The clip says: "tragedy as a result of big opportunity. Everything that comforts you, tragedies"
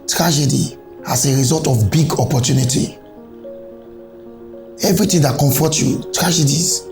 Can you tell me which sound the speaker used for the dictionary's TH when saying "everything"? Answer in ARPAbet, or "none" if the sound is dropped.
T